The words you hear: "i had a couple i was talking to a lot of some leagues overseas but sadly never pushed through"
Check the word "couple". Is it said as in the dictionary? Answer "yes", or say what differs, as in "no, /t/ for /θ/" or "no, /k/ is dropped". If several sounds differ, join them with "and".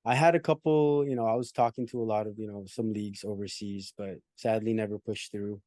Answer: no, /n/ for /l/